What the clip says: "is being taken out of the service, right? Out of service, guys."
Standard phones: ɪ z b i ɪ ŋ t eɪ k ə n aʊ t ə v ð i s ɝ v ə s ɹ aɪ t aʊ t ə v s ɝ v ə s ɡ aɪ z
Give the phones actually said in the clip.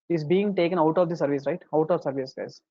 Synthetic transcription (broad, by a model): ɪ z b i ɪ ŋ t eɪ k ə n aʊ t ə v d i s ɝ v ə s ɹ aɪ t aʊ t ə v s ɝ v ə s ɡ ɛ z